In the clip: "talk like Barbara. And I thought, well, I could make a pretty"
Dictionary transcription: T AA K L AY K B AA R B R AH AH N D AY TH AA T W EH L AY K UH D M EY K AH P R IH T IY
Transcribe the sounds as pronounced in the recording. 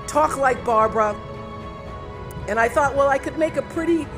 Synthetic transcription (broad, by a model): T AA K L AY K B AA R B R AH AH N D AY TH AA T W EH L AY K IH D M EY K AH P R IH T IY